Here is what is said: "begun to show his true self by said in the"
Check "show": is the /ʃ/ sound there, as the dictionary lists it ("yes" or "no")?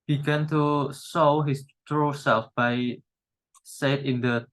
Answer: no